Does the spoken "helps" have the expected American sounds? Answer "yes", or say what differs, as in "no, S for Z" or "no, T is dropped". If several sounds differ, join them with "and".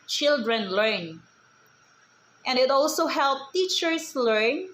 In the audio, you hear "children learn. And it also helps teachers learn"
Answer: no, S is dropped